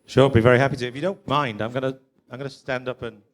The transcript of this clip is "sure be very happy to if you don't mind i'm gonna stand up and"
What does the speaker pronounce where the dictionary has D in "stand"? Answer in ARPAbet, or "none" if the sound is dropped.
D